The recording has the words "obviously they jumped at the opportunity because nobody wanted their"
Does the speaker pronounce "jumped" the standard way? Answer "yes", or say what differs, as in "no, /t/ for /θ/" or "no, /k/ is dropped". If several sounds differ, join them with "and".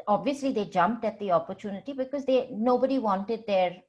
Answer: yes